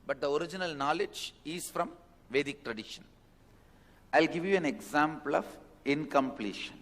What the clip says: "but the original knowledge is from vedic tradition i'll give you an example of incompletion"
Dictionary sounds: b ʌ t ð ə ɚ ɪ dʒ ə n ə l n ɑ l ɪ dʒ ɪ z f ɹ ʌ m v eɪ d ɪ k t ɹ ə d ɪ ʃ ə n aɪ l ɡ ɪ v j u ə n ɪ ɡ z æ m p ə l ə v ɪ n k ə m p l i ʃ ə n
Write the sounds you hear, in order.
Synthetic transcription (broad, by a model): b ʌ t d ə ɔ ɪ dʒ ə n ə l n ɑ l ɪ dʒ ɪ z f ɹ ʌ m v eɪ d ɪ k t ɹ ə d ɪ ʃ ə n aɪ l ɡ ɪ v j u ə n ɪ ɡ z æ m p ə l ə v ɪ n k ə m p l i ʃ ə n